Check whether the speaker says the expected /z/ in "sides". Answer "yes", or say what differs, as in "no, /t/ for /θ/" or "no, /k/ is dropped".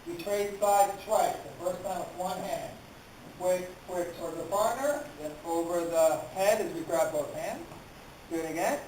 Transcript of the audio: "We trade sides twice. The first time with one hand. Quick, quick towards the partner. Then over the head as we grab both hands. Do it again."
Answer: no, /z/ is dropped